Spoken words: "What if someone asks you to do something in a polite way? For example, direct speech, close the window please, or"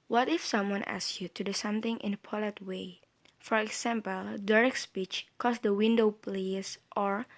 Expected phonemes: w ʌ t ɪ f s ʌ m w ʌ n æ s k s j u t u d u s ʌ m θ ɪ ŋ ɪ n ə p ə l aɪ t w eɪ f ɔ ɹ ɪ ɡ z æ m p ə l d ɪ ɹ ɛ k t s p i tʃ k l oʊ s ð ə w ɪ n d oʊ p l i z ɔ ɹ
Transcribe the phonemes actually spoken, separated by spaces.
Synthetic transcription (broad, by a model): w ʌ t ɪ f s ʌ m w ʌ n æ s s j u t u d u s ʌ m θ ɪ ŋ ɪ n ə p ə l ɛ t w eɪ f ɔ ɹ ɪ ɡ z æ m p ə l d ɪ ɹ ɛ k s p i tʃ k oʊ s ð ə w ɪ n d oʊ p l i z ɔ ɹ